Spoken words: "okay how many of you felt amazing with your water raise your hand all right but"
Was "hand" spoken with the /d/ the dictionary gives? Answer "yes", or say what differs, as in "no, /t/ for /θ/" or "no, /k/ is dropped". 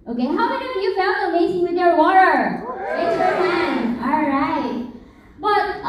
no, /d/ is dropped